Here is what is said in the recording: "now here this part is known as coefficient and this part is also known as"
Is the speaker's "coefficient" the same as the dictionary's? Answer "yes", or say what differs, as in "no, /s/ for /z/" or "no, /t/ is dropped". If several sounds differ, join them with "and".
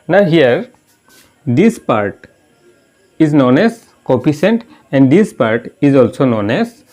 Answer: no, /p/ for /f/ and /s/ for /ʃ/